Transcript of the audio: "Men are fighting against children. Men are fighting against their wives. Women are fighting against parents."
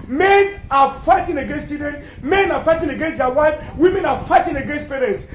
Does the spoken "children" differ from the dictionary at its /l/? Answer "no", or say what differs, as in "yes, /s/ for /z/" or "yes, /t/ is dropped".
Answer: yes, /l/ is dropped